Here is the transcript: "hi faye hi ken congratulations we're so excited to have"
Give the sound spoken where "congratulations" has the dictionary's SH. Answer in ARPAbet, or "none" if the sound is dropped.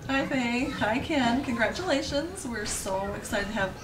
SH